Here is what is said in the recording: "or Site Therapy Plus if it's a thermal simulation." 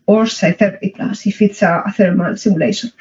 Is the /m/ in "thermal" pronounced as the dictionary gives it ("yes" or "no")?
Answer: yes